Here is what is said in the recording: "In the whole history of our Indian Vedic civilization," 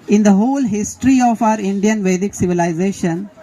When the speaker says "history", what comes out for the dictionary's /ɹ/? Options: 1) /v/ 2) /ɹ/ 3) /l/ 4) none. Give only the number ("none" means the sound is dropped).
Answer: 2